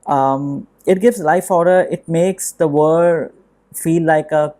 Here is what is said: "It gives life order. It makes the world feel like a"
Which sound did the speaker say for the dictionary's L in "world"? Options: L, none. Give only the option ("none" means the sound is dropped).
none